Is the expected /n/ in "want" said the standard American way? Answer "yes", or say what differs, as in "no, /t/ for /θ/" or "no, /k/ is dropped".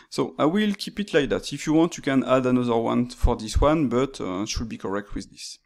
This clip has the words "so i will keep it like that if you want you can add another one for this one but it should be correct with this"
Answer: yes